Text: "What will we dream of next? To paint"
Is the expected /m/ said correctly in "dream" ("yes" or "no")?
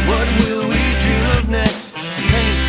no